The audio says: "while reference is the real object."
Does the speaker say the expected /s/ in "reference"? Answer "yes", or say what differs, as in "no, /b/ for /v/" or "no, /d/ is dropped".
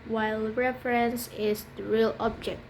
yes